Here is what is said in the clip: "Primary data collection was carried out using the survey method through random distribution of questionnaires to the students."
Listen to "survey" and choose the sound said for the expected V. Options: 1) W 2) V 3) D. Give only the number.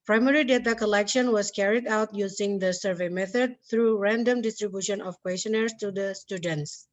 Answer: 2